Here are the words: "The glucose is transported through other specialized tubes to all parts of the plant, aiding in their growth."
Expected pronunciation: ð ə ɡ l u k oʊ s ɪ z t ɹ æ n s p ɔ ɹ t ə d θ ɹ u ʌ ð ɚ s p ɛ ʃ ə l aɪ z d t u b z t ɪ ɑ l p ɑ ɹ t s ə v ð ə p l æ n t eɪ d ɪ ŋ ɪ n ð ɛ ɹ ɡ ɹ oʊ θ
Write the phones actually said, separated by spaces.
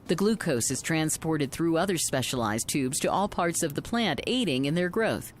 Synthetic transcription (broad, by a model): ð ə ɡ l u k oʊ s ɪ z t ɹ æ n s p ɔ ɹ t ə d θ ɹ u ʌ ð ɚ s p ɛ ʃ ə l aɪ z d t u b z t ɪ ɑ l p ɑ ɹ t s ə v ð ə p l æ n t eɪ d ɪ ŋ ɪ n ð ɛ ɹ ɡ ɹ oʊ θ